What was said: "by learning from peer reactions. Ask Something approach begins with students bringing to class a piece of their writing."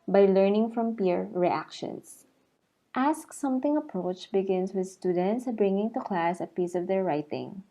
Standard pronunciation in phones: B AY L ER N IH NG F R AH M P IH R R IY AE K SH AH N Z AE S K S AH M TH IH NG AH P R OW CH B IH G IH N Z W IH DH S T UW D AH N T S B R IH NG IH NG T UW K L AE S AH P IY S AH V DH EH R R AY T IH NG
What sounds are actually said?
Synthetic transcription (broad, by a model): B AY L ER N IH NG F R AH M P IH R R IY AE K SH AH N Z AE S K S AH M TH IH NG AH P R OW CH B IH G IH N S W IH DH S T UW D AH N T S B R IH NG IH NG T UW K L AE S AH P IY S AH V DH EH R R AY T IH NG